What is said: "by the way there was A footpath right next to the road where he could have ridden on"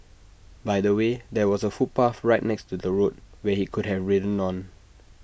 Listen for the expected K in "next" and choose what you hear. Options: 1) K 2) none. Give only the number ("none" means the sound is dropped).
1